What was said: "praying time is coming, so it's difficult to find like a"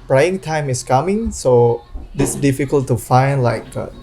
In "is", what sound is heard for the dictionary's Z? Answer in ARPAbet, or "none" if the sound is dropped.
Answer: S